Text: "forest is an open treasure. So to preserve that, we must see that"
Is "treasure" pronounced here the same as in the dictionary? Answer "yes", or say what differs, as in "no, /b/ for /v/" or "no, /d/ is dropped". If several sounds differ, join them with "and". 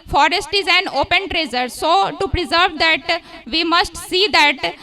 no, /z/ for /ʒ/